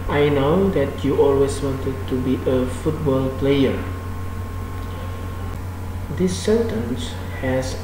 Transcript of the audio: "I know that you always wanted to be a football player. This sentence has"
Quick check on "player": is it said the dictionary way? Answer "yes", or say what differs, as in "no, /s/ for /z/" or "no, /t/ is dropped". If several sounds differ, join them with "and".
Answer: yes